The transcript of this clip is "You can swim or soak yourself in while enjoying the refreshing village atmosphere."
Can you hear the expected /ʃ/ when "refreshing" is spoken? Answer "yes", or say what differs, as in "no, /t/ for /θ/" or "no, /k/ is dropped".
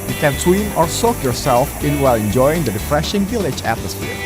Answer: yes